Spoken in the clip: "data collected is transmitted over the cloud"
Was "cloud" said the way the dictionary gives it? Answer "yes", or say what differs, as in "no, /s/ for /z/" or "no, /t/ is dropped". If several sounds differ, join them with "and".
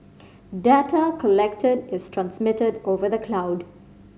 yes